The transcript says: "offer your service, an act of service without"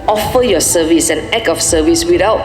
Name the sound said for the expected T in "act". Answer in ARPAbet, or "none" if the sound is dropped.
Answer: none